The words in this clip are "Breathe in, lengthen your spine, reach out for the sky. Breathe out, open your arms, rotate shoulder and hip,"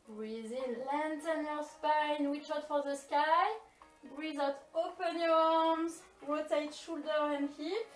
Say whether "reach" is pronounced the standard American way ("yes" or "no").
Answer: no